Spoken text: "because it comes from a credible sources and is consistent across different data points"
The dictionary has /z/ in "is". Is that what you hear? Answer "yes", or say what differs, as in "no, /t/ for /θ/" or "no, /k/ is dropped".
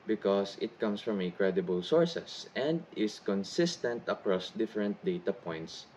no, /s/ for /z/